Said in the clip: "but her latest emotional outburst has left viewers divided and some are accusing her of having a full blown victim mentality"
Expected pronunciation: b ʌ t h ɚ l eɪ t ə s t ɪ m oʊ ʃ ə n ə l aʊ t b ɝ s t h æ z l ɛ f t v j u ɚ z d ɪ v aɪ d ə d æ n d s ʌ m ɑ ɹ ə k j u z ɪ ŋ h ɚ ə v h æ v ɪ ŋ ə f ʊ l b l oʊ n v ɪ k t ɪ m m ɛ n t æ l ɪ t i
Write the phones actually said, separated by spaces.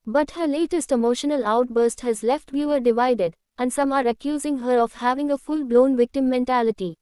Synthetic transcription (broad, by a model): b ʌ t h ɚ l eɪ t ə s t ɪ m oʊ ʃ ə n ə l aʊ t b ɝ s t h æ z l ɛ f t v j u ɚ d ɪ v aɪ d ə d æ n d s ʌ m ɑ ɹ ə k j u z ɪ ŋ h ɚ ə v h æ v ɪ ŋ ə f ʊ l b l oʊ n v ɪ k t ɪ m m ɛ n t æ l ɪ t i